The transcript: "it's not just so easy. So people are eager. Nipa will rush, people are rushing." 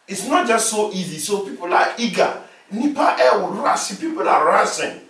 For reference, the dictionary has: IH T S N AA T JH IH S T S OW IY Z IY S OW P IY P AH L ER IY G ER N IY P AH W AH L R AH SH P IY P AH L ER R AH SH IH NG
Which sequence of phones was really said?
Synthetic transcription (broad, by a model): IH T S N AA T JH IH S T S OW IY Z IY S OW P IY P AH L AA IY G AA N IY P AH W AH W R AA S P IY P AH L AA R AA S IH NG